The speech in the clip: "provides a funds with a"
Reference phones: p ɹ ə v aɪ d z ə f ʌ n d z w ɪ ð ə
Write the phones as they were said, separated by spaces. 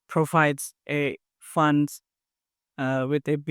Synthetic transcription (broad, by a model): p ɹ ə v aɪ d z ə f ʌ n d w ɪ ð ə